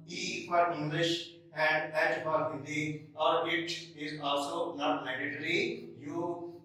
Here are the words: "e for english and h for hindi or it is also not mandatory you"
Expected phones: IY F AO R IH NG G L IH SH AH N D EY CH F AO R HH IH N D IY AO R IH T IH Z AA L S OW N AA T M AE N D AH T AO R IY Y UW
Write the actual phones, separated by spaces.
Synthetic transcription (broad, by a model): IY P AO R IH NG G L IH SH AH N D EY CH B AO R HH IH D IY AO R IH T IH Z AA L S OW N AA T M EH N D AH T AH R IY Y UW